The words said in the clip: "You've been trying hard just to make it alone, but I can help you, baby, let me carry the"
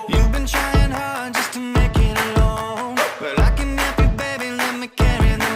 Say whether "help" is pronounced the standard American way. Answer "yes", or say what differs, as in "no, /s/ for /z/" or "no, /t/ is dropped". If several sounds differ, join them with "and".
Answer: no, /l/ is dropped